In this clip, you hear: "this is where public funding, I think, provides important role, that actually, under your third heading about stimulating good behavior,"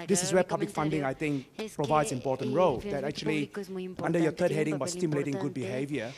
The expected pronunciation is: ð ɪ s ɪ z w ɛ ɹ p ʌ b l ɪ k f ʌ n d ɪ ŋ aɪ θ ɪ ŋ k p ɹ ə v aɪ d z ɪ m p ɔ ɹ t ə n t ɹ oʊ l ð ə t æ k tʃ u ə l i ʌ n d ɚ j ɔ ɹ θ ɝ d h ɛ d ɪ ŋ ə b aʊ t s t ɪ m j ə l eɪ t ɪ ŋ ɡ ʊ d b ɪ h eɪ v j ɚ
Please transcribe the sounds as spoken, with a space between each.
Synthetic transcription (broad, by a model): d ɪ s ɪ s w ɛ p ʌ b l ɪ k f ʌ n d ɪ ŋ aɪ t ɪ ŋ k p ɹ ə v aɪ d s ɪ m p ɔ t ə n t ɹ oʊ l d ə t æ k tʃ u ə l i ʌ n d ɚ j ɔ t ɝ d h ɛ d ɪ ŋ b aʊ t s t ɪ m j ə l eɪ t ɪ ŋ ɡ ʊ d b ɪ h eɪ v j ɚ